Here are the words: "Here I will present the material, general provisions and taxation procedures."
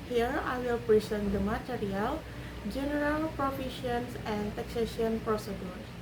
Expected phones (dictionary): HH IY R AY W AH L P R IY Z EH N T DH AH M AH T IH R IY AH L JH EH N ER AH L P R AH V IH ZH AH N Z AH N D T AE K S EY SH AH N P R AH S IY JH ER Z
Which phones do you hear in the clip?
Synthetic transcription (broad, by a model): HH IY R AY W AH L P R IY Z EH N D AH M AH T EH R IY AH L JH EH N ER AH L P R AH F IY SH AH N S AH N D T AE K S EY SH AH N P R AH S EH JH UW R